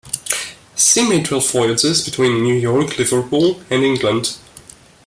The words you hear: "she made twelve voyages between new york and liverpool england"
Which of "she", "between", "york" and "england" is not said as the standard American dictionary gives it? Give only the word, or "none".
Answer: she